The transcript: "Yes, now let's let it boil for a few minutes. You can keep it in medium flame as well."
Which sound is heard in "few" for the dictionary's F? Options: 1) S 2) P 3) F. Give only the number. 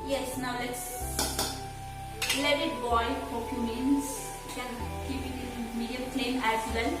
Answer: 2